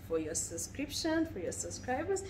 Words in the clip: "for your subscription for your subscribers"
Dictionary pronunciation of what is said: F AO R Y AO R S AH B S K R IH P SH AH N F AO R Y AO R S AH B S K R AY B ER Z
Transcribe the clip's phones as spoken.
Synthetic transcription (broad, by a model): F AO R Y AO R S AH B S K R IH P SH AH N F AO R Y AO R S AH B S K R AY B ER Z